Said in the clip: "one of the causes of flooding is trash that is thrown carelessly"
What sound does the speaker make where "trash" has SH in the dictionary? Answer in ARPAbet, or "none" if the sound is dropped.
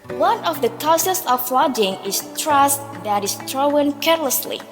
S